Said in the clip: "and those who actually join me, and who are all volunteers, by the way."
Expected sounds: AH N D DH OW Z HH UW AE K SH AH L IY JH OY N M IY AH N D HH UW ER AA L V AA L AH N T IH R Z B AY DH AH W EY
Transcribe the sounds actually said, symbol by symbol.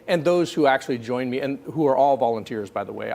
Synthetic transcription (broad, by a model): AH N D DH OW Z HH UW AE K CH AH L IY JH OY N M IY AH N HH UW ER AA L V AA L AH N T IH R Z B AY DH AH W EY